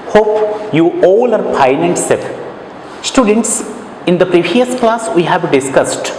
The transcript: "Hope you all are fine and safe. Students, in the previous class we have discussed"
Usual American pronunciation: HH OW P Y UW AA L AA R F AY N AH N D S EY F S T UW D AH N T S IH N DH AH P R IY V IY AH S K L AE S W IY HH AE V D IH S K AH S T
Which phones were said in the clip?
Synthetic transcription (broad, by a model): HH OW P Y UW AA L AA R P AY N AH N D S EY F S T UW D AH N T S IH N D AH P R IY V IY AH S K L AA S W IY HH AE V D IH S K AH S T